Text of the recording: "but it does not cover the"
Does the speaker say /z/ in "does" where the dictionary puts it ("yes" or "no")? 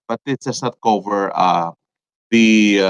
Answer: no